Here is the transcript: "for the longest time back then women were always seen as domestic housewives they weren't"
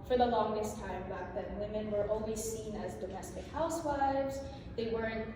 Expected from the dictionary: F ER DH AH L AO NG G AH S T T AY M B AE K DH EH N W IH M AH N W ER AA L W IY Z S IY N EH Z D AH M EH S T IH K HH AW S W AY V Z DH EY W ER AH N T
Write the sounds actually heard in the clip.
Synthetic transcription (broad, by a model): F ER DH AH L AO NG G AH S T T AY M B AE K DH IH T W IH M AH N W ER AA L W IY Z S IY N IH Z D AH M EH S T IH K HH AW S W AY V Z DH EY W ER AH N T